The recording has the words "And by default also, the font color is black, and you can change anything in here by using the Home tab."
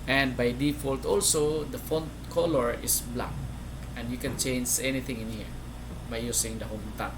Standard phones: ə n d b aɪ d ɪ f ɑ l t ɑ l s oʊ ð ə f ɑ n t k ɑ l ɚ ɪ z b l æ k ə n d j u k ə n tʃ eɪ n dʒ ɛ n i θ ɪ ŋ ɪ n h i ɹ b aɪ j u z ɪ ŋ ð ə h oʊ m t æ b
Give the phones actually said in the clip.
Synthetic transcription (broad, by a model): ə n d b aɪ d ɪ f ɑ l t ɑ l s oʊ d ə f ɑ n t k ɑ l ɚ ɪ s b l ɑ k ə n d j u k ə n tʃ eɪ n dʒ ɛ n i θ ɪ ŋ ɪ n h i ɹ b aɪ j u s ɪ ŋ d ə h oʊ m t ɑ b